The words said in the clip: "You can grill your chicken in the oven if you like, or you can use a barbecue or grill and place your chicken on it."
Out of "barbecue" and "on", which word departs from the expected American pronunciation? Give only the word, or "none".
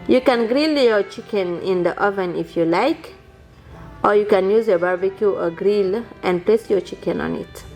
none